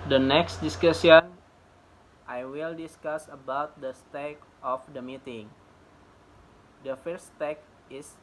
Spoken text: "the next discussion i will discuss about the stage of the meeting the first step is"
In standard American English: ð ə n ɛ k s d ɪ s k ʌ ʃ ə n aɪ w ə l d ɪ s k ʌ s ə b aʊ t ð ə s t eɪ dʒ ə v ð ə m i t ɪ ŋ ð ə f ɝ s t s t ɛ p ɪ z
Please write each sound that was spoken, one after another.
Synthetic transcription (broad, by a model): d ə n ɛ k s d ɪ s k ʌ s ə n aɪ w ə l d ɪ s k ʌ s ə b aʊ t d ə s t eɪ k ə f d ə m i t ɪ ŋ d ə f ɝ t s t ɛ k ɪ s